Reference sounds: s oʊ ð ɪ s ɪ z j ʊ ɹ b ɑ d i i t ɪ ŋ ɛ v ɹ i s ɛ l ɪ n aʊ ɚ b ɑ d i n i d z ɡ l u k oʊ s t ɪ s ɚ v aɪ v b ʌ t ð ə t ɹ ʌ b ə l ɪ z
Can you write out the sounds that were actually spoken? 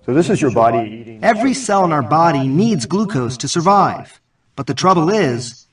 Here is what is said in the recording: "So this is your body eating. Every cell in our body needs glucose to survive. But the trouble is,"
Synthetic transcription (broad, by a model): s oʊ ð ɪ s ɪ z j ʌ ɹ b ɑ d i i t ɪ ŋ ɛ v ɹ i s ɛ l ɪ n aʊ ɚ b ɑ d i n i d z ɡ l u k oʊ s t ɪ s ɚ v aɪ v b ʌ t ð ə t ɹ ʌ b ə l ɪ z